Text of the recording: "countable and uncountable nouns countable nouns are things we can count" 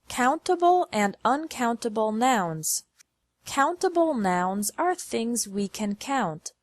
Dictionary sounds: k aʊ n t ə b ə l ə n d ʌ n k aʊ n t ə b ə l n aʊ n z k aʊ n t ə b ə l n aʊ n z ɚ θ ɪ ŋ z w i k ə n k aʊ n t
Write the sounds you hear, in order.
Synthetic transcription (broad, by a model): k aʊ n t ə b l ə n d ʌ n k aʊ n t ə b l n aʊ n z k aʊ n t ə b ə l n aʊ n z ɚ θ ɪ ŋ z w i k ə n k aʊ n t